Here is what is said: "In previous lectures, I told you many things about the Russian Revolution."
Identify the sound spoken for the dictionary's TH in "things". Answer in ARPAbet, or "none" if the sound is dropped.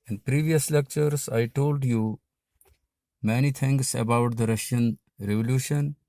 T